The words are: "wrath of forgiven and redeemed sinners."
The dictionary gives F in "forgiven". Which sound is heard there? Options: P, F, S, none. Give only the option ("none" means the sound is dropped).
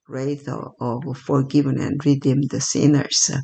F